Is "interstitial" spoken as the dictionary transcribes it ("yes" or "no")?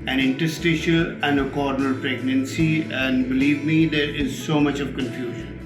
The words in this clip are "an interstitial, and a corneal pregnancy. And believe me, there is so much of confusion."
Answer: yes